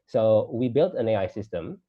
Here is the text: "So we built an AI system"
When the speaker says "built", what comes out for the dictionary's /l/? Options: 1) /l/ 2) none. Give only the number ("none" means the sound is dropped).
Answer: 1